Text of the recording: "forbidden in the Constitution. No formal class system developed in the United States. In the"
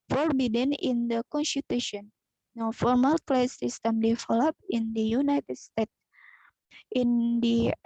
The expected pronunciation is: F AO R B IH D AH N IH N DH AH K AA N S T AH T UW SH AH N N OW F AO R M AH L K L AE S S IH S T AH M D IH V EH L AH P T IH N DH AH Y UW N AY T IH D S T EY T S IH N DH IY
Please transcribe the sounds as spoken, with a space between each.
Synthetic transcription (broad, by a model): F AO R B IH D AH N IH N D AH K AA N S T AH T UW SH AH N N OW F AO R M AH L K L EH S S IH S T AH M D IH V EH L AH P IH N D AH Y UW N AY T IH D S T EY T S IH N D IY